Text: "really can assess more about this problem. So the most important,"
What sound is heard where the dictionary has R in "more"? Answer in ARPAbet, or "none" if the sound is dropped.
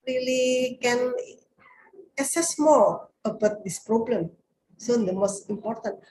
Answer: L